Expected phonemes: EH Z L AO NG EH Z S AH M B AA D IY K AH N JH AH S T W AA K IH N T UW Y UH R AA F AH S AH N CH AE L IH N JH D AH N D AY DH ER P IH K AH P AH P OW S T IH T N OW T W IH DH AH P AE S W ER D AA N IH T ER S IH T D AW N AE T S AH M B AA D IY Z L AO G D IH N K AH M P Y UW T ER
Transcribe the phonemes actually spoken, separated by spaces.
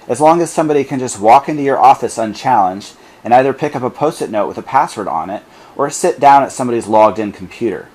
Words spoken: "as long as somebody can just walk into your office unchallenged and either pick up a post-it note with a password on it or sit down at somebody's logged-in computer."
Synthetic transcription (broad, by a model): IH Z L AO NG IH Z S AH M B AA D IY K AH N JH AH S T W AA K IH N T UW Y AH R AA F AH S AH N CH AE L IH N JH D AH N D AY DH ER P IH K AH P AH P OW S T IH T N OW T W IH DH AH P AE S W ER D N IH T ER S IH T D AW N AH T S AH M B AA D IY Z L AO G D IH N K M P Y UW T ER